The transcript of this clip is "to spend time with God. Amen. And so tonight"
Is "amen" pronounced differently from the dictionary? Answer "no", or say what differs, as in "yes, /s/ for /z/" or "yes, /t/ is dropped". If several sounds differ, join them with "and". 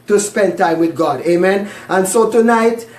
no